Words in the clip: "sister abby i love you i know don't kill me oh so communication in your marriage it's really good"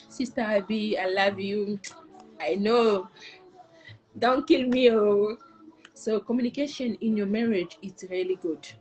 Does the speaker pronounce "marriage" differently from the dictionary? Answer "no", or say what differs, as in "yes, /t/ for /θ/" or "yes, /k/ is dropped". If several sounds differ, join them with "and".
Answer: no